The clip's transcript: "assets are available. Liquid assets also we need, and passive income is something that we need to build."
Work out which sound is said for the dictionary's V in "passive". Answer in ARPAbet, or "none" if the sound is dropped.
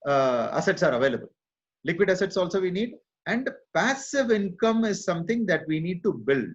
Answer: V